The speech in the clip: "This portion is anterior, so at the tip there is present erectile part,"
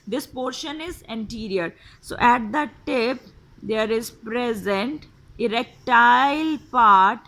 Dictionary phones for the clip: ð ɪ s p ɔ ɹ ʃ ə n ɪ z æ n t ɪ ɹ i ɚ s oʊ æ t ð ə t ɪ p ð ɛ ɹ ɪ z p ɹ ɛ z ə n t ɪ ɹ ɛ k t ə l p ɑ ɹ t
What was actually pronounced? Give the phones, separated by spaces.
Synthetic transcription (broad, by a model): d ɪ s p ɔ ɹ ʃ ə n ɪ z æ n t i ɹ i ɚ s oʊ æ t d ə t ɪ p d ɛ ɹ ɪ z p ɹ ɛ z ə n t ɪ ɹ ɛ k t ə l p ɑ ɹ t